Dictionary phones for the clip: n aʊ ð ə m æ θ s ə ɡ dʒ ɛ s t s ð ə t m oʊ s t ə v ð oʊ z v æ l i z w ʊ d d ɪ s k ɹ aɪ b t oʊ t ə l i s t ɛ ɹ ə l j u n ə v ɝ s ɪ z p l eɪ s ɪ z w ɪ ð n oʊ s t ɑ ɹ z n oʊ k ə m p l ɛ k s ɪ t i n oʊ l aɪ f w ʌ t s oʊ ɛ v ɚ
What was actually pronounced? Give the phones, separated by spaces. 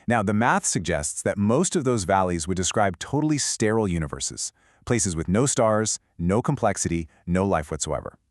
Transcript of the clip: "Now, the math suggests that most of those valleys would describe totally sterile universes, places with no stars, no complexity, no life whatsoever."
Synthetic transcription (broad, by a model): n aʊ ð ə m æ θ s ə ɡ dʒ ɛ s t s ð ə t m oʊ s t ə v ð oʊ z v æ l i z w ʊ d d ɪ s k ɹ aɪ b t oʊ t l i s t ɛ ɹ l j u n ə v ɝ s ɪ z p l eɪ s ɪ z w ɪ ð n oʊ s t ɑ ɹ z n oʊ k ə m p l ɛ k s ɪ t i n oʊ l aɪ f w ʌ t s oʊ ɛ v ɚ